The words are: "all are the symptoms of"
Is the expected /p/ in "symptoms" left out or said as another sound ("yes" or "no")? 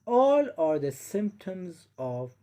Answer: no